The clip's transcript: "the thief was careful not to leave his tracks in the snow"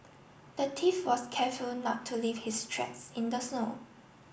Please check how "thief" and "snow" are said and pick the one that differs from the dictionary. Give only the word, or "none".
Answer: thief